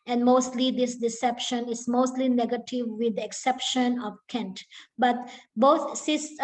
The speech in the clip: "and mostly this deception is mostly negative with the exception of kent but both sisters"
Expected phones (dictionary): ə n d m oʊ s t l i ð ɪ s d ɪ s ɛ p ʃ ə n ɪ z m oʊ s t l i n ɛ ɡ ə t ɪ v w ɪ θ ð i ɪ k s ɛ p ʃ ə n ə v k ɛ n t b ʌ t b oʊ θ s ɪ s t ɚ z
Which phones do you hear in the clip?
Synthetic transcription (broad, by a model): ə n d m oʊ s t l i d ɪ s d ɪ s ɛ p ʃ ə n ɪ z m oʊ s t l i n ɛ ɡ ə t ɪ v w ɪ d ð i ɪ k s ɛ p ʃ ə n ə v k ɛ n t b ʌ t b oʊ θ s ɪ s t